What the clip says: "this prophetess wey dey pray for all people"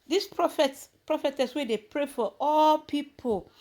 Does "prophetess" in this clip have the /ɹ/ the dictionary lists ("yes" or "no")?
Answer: yes